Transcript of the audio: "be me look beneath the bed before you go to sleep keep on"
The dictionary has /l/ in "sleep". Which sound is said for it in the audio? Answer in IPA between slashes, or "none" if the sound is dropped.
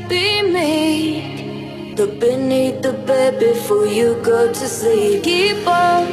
none